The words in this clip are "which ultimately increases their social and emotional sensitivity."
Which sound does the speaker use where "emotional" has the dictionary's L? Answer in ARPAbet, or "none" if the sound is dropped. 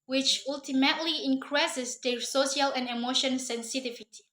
N